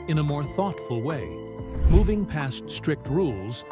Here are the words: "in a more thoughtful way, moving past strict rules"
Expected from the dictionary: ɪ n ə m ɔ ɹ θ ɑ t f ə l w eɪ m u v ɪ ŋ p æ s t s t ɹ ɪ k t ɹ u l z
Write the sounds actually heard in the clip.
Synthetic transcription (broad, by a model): ɪ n ə m ɔ ɹ θ ɑ t f ə l w eɪ m u v ɪ ŋ p æ s t s t ɹ ɪ k t ɹ u l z